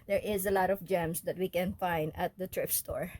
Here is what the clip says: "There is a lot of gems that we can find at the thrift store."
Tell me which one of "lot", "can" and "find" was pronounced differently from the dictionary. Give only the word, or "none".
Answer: none